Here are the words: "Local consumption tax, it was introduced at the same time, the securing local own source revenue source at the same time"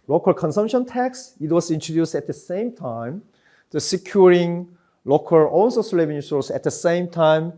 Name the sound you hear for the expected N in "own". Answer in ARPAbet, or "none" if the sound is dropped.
L